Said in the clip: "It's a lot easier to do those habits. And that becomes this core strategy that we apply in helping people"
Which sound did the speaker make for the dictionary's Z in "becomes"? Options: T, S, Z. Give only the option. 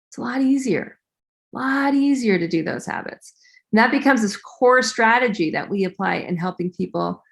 Z